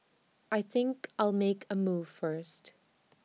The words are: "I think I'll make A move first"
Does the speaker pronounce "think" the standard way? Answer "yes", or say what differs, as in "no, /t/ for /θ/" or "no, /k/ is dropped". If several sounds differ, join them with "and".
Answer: yes